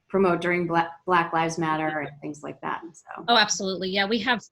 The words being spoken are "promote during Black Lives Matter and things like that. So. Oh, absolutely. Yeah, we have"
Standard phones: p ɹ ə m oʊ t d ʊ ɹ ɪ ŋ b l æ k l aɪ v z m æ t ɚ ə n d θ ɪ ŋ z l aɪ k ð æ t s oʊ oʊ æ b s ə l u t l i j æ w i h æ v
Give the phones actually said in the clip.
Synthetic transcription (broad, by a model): p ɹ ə m oʊ t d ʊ ɹ ɪ ŋ b l æ k l aɪ v z m æ t ɚ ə n θ ɪ ŋ z l aɪ k ð æ t s oʊ oʊ æ b s ə l u t l i j æ w i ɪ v